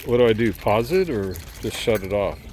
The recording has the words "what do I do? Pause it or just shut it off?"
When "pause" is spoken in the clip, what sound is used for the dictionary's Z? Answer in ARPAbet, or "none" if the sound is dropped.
Z